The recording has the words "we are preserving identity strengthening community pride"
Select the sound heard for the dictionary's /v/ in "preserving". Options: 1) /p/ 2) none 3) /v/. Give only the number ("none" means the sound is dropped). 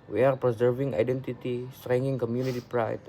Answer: 3